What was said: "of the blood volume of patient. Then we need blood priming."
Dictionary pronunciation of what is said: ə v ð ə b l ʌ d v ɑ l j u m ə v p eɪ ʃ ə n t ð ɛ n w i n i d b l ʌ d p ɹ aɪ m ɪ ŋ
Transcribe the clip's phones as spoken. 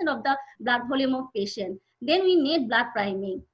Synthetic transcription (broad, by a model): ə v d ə b l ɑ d b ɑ l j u m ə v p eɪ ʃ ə n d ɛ n w i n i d b l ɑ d p ɹ aɪ m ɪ ŋ